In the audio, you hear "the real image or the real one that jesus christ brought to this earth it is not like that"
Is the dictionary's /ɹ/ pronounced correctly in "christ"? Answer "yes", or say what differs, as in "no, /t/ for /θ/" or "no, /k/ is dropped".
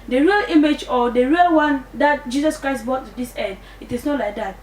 yes